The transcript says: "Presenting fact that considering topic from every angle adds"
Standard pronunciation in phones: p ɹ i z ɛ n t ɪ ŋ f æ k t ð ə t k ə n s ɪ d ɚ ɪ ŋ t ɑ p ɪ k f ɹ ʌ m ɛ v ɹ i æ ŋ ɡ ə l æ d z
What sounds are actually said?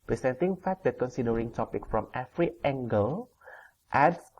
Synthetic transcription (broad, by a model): p ɹ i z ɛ n t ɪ ŋ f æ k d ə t k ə n s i d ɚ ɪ ŋ t ɑ p ɪ k f ɹ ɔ m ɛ f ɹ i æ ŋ ɡ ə l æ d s